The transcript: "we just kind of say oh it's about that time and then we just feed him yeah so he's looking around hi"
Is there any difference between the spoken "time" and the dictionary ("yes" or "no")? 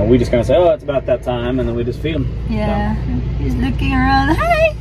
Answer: no